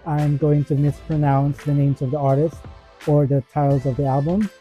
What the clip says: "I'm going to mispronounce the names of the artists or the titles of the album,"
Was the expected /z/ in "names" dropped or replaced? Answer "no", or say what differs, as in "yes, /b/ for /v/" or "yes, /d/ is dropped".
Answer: no